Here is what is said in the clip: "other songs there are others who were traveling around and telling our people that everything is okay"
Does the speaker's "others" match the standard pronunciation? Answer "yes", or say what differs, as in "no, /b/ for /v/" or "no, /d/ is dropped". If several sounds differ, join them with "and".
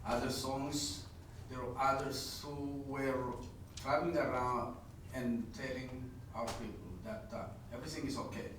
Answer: no, /s/ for /z/